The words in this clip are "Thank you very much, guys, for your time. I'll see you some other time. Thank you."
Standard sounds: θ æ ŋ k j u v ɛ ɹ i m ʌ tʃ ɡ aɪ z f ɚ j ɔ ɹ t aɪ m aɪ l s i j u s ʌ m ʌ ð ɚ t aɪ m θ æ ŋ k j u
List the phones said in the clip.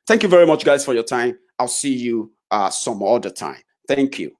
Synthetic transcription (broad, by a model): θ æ ŋ k j u v ɛ ɹ i m ʌ tʃ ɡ aɪ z f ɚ j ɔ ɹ t aɪ m aɪ l s i j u s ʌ m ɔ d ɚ t aɪ m θ æ ŋ k j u